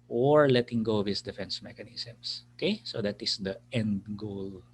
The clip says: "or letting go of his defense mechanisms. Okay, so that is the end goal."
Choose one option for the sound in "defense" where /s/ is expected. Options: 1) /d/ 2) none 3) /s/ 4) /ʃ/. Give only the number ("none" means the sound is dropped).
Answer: 3